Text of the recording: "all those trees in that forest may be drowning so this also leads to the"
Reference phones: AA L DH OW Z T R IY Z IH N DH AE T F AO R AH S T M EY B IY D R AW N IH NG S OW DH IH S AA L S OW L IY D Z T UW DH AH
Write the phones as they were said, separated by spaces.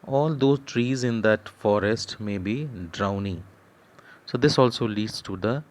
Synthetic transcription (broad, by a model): AA L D OW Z T R IY Z IH N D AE T F AO R AH S T M EY B IY D R AW N IH NG S OW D IH S AA L S OW L IY D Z T UW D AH